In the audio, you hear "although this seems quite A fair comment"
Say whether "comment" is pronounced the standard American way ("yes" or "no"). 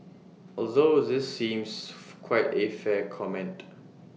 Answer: yes